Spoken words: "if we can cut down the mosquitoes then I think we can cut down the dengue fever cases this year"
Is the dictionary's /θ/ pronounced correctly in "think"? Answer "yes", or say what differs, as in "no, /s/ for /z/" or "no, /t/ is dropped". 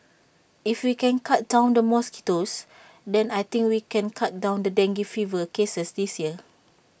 no, /t/ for /θ/